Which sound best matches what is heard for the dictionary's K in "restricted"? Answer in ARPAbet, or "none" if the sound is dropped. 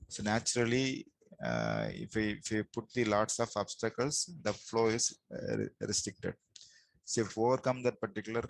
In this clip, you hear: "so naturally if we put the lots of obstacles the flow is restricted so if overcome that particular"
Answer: K